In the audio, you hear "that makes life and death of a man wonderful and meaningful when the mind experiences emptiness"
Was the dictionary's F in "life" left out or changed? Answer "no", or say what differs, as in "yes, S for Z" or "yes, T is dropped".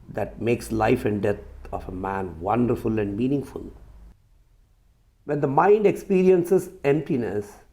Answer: no